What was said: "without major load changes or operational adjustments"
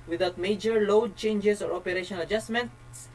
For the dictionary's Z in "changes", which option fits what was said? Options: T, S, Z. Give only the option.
S